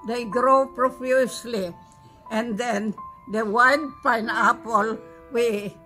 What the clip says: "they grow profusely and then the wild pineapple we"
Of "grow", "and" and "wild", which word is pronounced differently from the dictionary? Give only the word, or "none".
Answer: wild